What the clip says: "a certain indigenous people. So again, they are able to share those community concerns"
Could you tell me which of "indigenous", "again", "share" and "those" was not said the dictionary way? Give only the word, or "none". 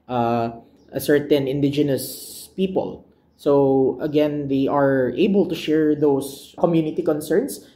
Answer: those